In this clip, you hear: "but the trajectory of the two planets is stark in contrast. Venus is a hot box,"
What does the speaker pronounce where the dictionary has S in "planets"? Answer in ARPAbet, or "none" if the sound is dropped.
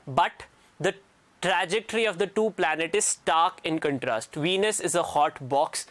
none